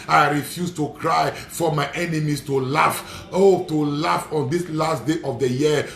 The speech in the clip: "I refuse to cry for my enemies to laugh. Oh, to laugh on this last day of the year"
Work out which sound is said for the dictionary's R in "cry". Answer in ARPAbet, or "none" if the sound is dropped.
R